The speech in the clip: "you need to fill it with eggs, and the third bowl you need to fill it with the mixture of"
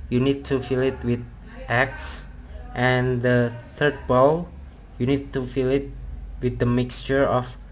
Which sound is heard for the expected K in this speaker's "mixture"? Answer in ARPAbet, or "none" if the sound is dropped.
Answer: K